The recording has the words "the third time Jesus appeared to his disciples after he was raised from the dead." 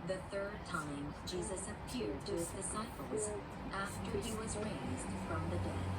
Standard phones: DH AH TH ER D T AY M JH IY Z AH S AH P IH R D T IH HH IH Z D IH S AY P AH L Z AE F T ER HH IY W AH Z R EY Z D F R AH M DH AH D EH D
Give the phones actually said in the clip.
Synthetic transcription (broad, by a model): DH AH TH ER D T AY M JH IY Z AH S AH P IH R D T IH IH Z D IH S AY P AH L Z AE F T ER IY W AH Z R EY Z D F R AH M DH AH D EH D